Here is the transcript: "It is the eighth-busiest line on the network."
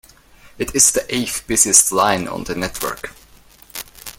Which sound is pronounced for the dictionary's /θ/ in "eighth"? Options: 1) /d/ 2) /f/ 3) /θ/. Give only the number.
2